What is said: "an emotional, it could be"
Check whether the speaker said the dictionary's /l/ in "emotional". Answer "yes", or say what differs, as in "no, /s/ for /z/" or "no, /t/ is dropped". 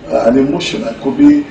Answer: no, /n/ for /l/